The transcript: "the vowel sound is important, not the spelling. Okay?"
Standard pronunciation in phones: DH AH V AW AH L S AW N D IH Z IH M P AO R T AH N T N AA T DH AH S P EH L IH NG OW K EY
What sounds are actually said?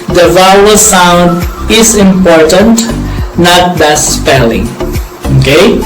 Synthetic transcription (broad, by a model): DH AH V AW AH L S AW N D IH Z IH M P AO R T AH N T N AA T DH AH S P EH L IH NG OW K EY